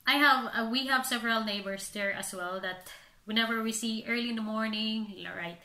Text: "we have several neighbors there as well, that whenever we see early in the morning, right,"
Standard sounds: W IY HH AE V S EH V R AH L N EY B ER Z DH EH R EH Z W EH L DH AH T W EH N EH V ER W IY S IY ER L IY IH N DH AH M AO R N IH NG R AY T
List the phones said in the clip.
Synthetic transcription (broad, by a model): W IY HH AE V S EH V R AH L N EY B ER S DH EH R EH S W EH L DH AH T W EH N EH V ER W IY S IY ER L IY IH N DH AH M AO R N IH NG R AY T